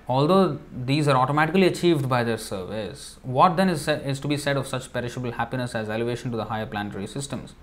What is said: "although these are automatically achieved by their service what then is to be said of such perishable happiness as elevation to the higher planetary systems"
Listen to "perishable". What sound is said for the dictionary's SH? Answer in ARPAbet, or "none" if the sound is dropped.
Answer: SH